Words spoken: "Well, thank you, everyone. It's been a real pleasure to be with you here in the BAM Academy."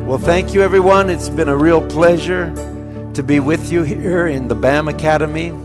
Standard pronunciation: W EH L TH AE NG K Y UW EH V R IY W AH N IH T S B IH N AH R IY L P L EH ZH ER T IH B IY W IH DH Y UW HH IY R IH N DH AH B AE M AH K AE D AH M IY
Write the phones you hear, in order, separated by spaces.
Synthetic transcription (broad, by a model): W EH L TH AE NG K Y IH EH V R IY W AH N IH T S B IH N AH R IY L P L EH ZH ER T IH B IY W IH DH Y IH HH IY R IH N DH AH B AE M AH K AE D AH M IY